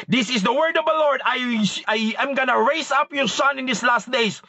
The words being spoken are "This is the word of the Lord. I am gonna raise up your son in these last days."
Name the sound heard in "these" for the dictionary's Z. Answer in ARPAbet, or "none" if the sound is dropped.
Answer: S